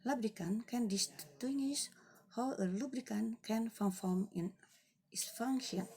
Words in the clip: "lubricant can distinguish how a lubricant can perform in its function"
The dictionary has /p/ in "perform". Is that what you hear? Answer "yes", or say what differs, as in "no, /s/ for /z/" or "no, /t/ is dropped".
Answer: no, /f/ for /p/